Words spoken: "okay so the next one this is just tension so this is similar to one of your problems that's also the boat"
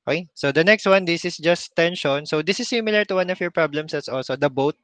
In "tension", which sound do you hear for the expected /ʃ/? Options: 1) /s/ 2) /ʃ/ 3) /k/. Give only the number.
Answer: 2